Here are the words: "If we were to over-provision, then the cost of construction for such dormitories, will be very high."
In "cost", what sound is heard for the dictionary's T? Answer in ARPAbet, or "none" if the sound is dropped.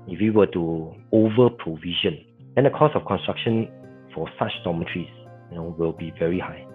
none